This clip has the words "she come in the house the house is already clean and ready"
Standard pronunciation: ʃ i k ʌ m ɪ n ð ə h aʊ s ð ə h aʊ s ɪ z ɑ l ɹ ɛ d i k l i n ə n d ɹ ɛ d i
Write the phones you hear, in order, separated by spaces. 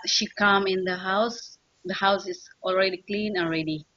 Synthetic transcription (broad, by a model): ʃ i k ʌ m ɪ n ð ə h aʊ s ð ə h aʊ s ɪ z ɑ l ɹ ɛ d i k l i n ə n ɹ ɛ d i